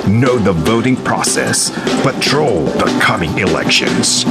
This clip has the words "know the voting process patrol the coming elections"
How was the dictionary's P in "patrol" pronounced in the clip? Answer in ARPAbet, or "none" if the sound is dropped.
B